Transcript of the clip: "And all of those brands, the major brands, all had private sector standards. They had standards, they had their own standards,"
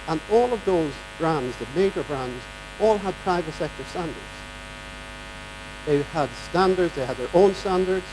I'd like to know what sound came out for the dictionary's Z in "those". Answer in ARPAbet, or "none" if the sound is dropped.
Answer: Z